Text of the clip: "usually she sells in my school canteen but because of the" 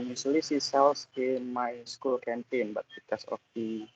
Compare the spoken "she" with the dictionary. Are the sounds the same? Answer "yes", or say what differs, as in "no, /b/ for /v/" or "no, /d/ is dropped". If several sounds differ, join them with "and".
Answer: no, /s/ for /ʃ/